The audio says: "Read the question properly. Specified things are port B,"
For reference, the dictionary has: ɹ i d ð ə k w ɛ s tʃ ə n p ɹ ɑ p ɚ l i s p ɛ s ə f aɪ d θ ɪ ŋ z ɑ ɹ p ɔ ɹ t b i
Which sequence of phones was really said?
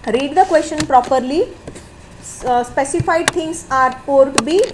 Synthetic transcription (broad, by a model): ɹ i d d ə k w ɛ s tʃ ə n p ɹ ɑ p ɚ l i s p ɛ s ə f aɪ d t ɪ ŋ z ɑ ɹ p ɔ ɹ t b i